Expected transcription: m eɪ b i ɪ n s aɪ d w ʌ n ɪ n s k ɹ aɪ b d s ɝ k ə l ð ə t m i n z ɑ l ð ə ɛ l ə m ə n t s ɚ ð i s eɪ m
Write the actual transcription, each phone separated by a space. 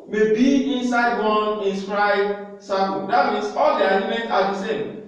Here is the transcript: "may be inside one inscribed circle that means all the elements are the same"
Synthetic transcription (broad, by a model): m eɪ b i ɪ n s aɪ d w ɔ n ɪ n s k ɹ aɪ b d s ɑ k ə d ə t m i n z ɑ l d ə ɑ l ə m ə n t ɑ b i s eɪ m